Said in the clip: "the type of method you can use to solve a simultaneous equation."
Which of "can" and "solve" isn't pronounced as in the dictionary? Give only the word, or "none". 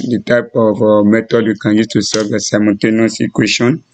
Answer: solve